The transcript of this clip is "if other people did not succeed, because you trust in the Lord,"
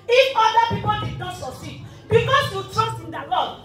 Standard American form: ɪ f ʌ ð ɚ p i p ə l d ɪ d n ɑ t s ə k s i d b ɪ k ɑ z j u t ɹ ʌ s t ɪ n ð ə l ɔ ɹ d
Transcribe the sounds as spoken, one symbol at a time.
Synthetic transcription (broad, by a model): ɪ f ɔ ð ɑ p i p ə l d ɪ d n ɑ t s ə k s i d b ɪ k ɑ s j u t ɹ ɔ s t ɪ n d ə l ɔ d